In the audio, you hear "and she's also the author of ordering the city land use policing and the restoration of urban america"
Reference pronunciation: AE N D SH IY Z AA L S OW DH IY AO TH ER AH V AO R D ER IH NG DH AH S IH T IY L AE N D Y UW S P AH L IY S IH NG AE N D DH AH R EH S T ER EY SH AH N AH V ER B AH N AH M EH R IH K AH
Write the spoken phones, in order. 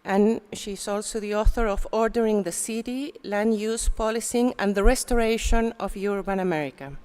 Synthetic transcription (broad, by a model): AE N SH IY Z AA L S OW DH IY AO TH ER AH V AO R D ER IH NG DH AH S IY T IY L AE N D Y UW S P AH L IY S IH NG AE N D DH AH R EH S T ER EY SH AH N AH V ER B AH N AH M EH R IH K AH